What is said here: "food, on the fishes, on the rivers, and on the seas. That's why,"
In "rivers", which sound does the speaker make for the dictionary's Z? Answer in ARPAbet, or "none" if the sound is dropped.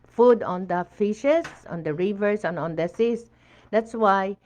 S